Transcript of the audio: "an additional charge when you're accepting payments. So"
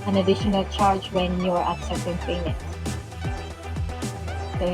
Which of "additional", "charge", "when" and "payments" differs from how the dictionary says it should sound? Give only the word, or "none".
payments